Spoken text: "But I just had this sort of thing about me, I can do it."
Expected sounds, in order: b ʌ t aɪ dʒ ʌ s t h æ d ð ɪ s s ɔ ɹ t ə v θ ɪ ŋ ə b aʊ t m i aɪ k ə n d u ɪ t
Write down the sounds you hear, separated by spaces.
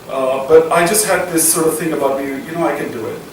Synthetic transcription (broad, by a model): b ʌ t aɪ dʒ ʌ s t h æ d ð ɪ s s ɔ ɹ t ə v θ ɪ ŋ ə b aʊ t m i aɪ k ə n d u ɪ t